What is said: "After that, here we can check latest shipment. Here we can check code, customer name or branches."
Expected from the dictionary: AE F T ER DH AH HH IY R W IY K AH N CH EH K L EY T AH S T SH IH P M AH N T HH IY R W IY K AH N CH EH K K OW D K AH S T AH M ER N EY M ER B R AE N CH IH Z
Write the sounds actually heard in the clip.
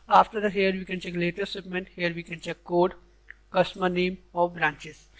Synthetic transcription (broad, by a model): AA F T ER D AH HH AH R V IY K AH N CH EH K L EY T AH T S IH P M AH N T HH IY R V IY K AH N CH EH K K OW D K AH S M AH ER N EY M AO B R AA N CH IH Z